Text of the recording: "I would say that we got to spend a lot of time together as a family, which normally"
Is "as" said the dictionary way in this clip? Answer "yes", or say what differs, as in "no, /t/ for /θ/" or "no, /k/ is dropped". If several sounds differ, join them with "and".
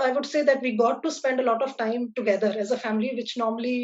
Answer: yes